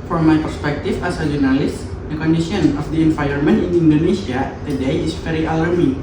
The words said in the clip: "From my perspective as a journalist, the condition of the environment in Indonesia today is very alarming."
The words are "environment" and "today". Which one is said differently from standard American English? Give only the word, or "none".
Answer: environment